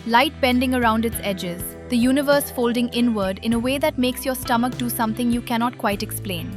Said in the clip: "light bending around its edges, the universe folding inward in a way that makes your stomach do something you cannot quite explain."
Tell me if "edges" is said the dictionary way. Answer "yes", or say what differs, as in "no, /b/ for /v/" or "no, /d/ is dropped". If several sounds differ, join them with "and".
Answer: yes